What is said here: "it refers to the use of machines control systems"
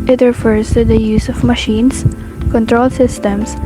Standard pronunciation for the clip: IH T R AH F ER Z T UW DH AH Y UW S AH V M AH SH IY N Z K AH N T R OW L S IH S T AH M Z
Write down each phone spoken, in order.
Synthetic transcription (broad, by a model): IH T R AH F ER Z T UW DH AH Y UW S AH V M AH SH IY N S K AH N T R OW L S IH S T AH M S